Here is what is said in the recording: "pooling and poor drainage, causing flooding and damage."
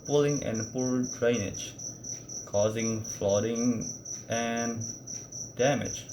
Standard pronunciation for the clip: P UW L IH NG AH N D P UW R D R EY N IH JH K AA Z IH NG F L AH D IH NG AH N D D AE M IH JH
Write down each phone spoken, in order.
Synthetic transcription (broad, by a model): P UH L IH NG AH N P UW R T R EY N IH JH K AA Z IH NG F L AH D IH NG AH N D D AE M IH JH